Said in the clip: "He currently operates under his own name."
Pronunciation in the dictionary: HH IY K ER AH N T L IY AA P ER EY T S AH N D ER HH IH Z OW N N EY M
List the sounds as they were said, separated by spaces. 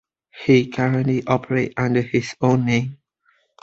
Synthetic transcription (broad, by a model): HH IY K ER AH N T L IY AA P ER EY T AH N D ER HH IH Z OW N N EY M